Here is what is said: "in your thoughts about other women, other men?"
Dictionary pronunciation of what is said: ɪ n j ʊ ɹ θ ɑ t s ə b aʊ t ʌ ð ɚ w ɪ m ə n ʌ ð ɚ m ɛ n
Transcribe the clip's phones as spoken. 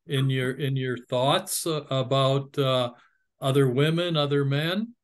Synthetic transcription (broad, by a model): ɪ n j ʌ ɹ θ ɑ t s ə b aʊ t ʌ ð ɚ w ɪ m ə n ʌ ð ɚ m ɛ n